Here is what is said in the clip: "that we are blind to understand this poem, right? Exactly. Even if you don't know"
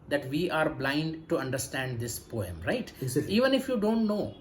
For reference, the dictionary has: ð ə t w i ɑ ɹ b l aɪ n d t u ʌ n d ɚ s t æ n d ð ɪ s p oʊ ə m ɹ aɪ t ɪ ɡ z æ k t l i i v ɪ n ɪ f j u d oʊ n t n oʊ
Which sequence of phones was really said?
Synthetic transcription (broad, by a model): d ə t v i ɑ ɹ b l aɪ n d t u ʌ n d ɚ s t æ n d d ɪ s p oʊ ə m ɹ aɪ ɪ t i i v ɪ n ɪ f j u d oʊ n t n oʊ